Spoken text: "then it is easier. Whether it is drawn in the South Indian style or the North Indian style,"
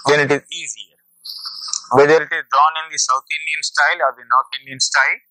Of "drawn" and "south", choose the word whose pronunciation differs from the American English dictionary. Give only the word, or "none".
south